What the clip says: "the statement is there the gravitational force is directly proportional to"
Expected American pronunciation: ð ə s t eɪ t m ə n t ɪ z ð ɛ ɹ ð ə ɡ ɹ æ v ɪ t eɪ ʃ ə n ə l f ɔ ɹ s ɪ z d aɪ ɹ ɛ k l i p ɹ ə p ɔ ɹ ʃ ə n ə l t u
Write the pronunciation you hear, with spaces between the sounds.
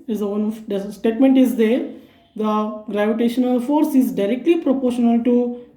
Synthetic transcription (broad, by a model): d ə s t eɪ t m ə n t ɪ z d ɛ ɹ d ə ɡ ɹ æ v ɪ t eɪ ʃ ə n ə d f ɔ ɹ s ɪ z d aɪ ɹ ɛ k l i p ɹ ə p ɔ ɹ ʃ ə n ə l t u